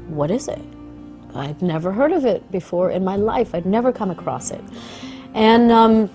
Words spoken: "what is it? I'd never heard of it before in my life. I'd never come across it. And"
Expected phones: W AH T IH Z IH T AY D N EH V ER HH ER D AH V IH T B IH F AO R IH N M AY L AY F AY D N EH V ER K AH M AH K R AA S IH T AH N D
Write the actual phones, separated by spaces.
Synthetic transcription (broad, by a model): W AH T IH Z IH T AY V N EH V ER HH ER D AH V IH T B IH F AO R IH N M AY L AY F AY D N EH V ER K AH M AH K R AA S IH T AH N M